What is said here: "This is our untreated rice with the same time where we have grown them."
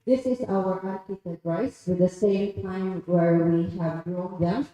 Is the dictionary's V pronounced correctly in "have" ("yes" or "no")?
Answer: yes